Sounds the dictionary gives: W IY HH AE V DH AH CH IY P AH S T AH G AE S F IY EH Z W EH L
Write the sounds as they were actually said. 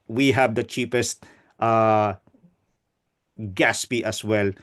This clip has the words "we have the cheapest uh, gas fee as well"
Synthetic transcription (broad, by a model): W IY HH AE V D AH CH IY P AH S T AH G AE S P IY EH S W EH L